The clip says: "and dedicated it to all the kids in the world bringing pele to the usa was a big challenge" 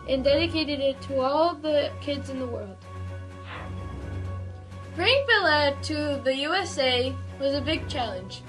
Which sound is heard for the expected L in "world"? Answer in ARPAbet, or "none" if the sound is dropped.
L